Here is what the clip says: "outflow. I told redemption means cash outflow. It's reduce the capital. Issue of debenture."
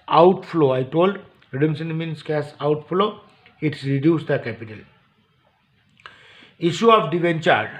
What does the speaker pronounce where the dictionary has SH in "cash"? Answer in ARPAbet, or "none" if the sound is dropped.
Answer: S